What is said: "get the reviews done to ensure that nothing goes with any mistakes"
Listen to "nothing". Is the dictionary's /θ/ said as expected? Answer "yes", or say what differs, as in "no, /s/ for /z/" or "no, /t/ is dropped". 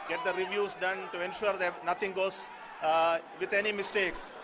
no, /t/ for /θ/